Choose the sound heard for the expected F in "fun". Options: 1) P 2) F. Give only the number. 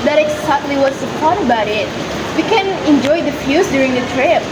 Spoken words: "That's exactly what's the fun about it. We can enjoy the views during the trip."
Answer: 1